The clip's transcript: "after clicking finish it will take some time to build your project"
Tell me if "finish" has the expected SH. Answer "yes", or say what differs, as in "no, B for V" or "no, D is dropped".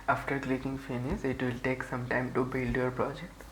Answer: no, S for SH